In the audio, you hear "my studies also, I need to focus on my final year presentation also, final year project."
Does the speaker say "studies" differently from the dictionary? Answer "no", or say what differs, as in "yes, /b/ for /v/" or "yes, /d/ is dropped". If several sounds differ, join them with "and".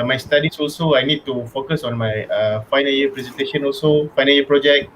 yes, /s/ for /z/